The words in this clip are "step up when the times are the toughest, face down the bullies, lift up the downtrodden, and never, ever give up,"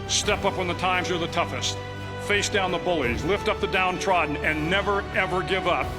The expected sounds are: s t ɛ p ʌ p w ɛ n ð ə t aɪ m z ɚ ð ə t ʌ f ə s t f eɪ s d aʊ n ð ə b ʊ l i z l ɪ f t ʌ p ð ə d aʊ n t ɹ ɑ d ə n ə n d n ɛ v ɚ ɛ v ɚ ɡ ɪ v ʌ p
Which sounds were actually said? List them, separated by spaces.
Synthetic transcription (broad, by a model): s t ɛ p ʌ p w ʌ n ð ə t aɪ m z ɚ ð ə t ʌ f ə s t f eɪ s d aʊ n ð ə b ʊ l i z l ɪ f t ʌ p ð ə d aʊ n t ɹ ɑ d n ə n n ɛ v ɚ ɛ v ɚ ɡ ɪ v ʌ p